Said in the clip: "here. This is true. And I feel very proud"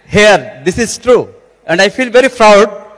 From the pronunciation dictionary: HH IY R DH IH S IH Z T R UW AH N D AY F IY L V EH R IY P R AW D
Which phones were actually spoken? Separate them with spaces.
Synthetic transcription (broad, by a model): HH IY R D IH S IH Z T R UW AH N D AY F IY L V EH R IY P R AW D